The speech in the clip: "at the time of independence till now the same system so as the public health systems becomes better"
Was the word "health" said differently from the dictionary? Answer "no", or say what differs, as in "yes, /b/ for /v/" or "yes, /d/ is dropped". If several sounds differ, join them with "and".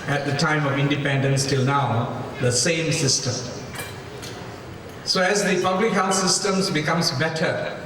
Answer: yes, /f/ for /θ/